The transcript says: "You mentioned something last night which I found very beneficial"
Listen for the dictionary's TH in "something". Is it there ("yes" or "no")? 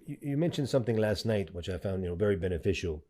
yes